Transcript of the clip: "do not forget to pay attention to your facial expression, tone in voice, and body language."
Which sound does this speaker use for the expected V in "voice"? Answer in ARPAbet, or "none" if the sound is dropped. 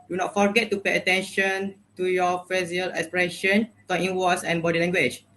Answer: W